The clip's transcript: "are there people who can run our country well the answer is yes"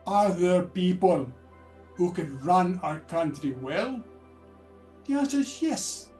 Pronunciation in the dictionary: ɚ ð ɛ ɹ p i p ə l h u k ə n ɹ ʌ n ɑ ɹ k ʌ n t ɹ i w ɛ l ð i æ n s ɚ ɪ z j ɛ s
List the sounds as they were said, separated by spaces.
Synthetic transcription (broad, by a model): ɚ ð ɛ ɹ p i p ə l h u k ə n ɹ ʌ n ɑ ɹ k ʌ n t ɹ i w ɛ l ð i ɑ s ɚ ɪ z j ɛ s